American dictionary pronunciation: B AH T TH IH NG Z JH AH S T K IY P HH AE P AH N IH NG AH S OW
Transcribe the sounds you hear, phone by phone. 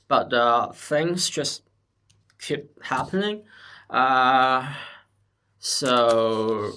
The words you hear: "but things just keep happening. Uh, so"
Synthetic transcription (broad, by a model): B AH T TH IH NG Z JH AH S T K IY P HH AE P AH N IH NG AH S OW